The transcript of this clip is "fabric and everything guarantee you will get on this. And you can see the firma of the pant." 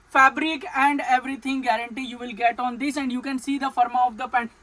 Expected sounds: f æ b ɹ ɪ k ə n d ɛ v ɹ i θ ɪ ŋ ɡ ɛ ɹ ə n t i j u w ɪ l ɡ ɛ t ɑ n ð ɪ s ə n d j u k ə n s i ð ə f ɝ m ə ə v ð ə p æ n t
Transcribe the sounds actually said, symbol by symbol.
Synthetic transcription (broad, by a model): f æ b ɹ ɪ k ə n d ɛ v ɹ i t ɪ ŋ ɡ ɛ ɹ ə n t i j u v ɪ l ɡ ɛ t ɑ n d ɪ s ə n d j u k ə n s i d ə f ɝ m ə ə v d ə p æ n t